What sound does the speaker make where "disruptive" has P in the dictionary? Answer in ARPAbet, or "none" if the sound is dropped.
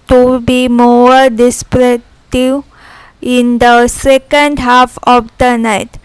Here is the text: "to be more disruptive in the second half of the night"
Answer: none